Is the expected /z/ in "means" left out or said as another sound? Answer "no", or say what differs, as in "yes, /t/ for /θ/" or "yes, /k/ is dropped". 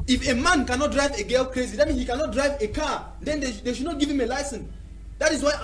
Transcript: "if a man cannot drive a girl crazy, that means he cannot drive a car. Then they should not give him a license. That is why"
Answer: yes, /z/ is dropped